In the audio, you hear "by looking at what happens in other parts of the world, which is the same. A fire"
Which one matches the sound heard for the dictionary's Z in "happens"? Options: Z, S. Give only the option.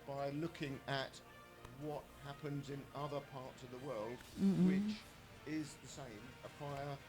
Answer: Z